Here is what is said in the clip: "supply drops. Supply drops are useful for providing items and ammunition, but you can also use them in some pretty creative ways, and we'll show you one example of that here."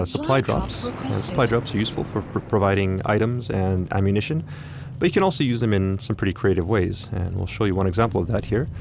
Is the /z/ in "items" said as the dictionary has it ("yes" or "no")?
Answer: yes